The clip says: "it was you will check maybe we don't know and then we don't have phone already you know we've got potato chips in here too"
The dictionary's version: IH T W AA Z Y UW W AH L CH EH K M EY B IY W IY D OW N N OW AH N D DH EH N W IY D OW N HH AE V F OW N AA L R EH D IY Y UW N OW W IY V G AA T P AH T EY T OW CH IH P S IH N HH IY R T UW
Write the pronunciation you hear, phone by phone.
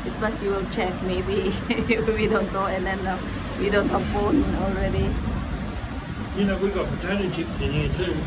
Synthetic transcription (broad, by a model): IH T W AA S Y UW W AH L CH EH K M EY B IY W IY D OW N N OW AH N D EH N W IY D OW N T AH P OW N AA L R EH D IY Y UW N OW W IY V G AA T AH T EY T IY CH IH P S IH N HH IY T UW